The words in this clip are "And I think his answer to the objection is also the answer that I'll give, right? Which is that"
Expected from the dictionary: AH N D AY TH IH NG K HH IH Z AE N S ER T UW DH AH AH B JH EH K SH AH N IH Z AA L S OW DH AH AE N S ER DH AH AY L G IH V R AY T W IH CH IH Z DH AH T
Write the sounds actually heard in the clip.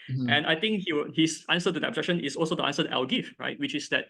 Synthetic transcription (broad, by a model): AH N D AY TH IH NG K HH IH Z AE N S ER T UW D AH AH B JH EH K SH AH N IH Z AA L S OW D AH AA N S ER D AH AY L G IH F R AY T W IH CH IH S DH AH T